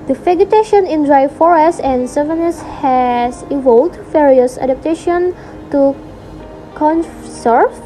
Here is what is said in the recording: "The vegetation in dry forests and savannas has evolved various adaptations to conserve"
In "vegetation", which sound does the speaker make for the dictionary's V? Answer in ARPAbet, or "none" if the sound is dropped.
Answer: F